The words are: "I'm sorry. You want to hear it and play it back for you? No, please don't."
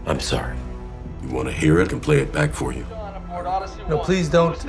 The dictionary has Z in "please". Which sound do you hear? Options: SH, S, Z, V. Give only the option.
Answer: Z